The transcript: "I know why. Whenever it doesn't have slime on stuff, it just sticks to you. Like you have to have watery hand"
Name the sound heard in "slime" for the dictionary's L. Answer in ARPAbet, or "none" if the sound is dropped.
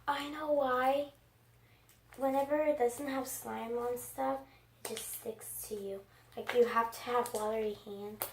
L